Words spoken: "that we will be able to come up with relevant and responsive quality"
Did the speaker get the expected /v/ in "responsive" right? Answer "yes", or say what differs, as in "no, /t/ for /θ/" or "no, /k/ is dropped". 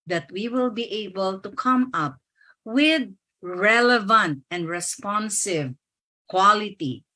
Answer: yes